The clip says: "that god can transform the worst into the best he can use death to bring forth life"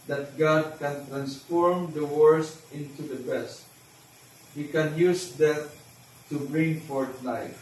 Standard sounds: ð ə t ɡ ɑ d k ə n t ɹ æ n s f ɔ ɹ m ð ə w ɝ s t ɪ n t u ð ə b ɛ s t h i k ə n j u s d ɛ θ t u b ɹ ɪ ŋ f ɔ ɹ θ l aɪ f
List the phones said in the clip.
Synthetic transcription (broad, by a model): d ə t ɡ ɑ d k ə n t ɹ æ n s f ɔ ɹ m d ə w ɝ s t ɪ n t u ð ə b ɛ s t h i k ə n j u s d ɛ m t u b ɹ ɪ ŋ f ɔ ɹ t l aɪ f